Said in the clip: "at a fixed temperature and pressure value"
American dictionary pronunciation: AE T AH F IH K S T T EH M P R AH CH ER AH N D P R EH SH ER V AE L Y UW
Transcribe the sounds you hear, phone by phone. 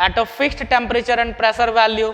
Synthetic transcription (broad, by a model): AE T AH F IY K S T T EH M P R AH CH ER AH N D P R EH S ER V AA L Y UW